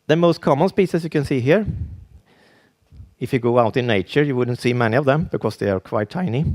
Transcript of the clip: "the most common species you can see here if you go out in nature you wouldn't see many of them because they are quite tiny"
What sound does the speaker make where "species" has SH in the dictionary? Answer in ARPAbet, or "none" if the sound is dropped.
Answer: S